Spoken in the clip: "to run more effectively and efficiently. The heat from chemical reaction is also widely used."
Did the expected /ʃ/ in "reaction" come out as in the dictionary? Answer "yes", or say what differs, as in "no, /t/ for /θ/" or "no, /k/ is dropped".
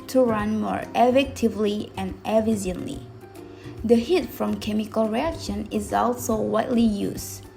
yes